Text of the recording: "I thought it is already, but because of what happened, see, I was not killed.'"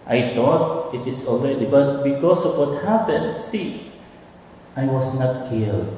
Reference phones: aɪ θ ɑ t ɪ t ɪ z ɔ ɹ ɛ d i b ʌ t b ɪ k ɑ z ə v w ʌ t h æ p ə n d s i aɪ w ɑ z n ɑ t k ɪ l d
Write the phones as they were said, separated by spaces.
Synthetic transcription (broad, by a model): aɪ t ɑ t ɪ t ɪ s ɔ l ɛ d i b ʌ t b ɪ k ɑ s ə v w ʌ t h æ p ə n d s i aɪ w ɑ s n ɑ t k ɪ l d